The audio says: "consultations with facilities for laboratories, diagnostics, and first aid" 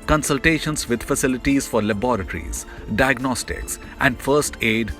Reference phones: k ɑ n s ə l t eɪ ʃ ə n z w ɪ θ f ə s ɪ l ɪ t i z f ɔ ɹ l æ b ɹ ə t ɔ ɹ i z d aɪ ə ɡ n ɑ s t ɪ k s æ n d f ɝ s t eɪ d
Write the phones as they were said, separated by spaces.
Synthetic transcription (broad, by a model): k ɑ n s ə l t eɪ ʃ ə n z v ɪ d f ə s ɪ l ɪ t i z f ɔ ɹ l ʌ b ɹ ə t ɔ ɹ i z d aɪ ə ɡ n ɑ s t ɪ k s æ n d f ɝ s t eɪ d